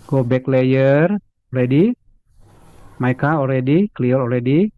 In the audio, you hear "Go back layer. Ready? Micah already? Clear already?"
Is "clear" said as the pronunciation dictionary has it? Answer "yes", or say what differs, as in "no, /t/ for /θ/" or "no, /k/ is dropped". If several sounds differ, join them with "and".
no, /l/ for /ɹ/